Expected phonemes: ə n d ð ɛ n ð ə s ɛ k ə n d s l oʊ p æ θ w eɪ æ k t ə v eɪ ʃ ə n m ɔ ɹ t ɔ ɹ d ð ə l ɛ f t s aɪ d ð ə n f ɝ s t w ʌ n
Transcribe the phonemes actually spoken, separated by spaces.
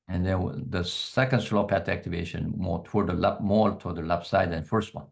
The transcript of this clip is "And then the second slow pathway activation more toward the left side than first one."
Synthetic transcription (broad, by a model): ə n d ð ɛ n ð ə s ɛ k ə n d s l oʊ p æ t æ k t ə v eɪ ʃ ə n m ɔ t ɔ ɹ d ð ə l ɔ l t s aɪ d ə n f ɝ s t w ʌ n